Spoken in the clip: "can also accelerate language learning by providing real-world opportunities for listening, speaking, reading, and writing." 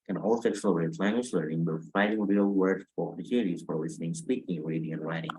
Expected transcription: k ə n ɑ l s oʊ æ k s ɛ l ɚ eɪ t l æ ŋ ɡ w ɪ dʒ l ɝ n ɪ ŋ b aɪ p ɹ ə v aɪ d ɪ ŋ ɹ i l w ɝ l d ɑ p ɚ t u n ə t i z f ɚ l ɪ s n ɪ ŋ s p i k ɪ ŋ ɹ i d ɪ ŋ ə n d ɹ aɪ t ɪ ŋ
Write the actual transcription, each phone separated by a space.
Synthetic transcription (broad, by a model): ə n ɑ l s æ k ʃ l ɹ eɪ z l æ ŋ ɡ w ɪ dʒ l ɝ n ɪ ŋ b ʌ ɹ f aɪ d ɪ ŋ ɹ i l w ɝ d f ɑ ɚ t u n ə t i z f ɚ l ɪ s n ɪ ŋ s p i k ɪ ŋ ɹ i d ɪ ŋ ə n ɹ aɪ t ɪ ŋ